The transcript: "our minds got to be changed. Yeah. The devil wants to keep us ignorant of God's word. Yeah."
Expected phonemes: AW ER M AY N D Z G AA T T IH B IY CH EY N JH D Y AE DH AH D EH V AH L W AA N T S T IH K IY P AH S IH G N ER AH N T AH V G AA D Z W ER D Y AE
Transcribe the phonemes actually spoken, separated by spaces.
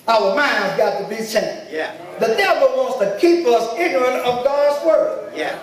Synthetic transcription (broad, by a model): AW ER M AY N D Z G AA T T IH B IY S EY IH DH AH D EH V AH L W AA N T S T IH K IY P AH S IH G N ER AH N T AH V G AA D Z W ER D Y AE